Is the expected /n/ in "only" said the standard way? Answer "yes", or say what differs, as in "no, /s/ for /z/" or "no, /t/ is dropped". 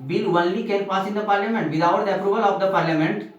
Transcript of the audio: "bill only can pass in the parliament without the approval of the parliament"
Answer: no, /n/ is dropped